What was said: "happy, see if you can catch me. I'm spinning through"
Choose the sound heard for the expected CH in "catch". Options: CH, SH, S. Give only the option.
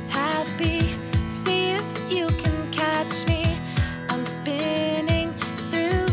CH